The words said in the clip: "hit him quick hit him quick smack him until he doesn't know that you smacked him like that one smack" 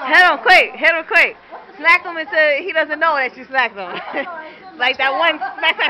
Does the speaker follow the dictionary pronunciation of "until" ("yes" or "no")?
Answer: no